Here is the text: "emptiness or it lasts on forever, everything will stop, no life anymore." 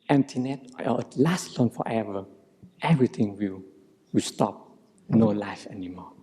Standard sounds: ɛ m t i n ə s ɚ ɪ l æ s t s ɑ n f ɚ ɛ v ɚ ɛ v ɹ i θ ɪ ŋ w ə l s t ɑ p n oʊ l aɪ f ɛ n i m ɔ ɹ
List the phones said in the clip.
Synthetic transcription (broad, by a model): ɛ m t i n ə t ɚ ɪ l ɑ s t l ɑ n f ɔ ɛ v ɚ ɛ v ɹ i t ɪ ŋ w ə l s t ɑ p n oʊ l aɪ f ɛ n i m ɔ